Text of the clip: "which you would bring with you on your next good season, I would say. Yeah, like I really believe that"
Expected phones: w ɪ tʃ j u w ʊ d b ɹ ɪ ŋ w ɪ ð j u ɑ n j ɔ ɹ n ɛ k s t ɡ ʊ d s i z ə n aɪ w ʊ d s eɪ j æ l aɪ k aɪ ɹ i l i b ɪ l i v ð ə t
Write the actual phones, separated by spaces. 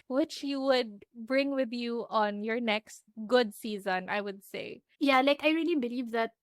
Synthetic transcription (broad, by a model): w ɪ tʃ j u w ʊ d b ɹ ɪ ŋ w ɪ ð j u ɑ n j ɔ ɹ n ɛ k s t ɡ ʊ d s i z ə n aɪ w ʊ d s eɪ j æ l aɪ k aɪ ɹ i l i b ɪ l i v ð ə t